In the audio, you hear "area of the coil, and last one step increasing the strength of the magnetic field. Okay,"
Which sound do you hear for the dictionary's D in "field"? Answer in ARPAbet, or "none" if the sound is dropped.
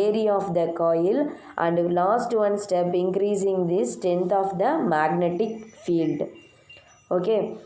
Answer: D